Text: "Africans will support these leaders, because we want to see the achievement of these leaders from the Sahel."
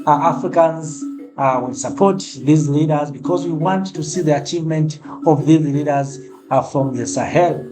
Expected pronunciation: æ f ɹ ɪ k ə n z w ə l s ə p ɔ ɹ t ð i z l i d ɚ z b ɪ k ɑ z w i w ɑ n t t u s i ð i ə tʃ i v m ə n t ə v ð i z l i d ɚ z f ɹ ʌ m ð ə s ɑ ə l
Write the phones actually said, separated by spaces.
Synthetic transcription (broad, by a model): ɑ f ɹ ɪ k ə n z w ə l s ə p ɔ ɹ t ð i z l i d ɚ z b ɪ k ɑ z w i w ɑ n t t u s i ð i ə tʃ i v m ə n t ə v ð i z l i d ɚ z f ɹ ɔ m ð ə s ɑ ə l